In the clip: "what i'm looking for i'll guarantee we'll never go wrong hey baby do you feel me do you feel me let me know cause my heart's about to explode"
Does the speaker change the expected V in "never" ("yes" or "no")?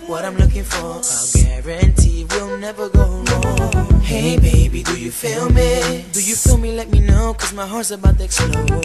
no